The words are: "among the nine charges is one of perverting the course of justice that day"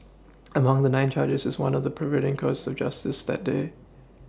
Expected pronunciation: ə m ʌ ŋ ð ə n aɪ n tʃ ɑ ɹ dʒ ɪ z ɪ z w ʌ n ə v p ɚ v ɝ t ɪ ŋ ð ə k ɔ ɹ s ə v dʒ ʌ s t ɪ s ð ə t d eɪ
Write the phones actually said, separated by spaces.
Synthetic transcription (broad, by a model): ə m ʌ ŋ ð ə n aɪ n tʃ ɑ ɹ dʒ ɪ z ɪ z w ʌ n ə v p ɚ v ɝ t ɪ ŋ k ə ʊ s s ə v dʒ ʌ s t ɪ s ð ə t d eɪ